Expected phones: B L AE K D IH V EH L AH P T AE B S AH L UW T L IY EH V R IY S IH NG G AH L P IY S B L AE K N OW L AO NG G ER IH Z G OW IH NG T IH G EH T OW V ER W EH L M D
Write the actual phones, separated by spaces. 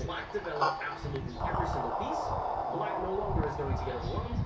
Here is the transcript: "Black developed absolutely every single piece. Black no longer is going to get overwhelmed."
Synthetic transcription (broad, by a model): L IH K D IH V EH L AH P AE B S AH L UW T L IY EH V R IY S IH NG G L P IY S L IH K N OW L AO NG G ER IH Z G OW IH NG T IH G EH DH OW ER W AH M